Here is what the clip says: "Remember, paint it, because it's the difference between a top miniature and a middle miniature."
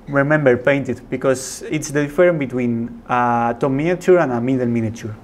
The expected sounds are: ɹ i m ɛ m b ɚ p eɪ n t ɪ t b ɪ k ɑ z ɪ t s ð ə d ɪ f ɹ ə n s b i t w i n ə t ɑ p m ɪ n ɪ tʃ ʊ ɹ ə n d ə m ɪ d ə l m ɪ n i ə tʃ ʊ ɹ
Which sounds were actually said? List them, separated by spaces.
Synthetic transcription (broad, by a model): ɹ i m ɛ m b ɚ p eɪ n t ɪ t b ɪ k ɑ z ɪ t s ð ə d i f ɹ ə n b i t w i n ə t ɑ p m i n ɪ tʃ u ɹ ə n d ə m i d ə l m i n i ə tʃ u ɹ